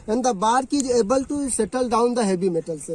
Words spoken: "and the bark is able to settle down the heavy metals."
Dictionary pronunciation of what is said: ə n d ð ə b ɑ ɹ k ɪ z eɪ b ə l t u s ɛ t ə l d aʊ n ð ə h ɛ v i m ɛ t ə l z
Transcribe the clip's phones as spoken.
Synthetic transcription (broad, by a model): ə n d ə b ɑ ɹ k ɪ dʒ eɪ b ə l t u s ɛ t ə l d aʊ n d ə h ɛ b i m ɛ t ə l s